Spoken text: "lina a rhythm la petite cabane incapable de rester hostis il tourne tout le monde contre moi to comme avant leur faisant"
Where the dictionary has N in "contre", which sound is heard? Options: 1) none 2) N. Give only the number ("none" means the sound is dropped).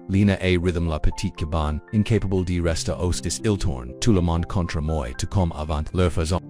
2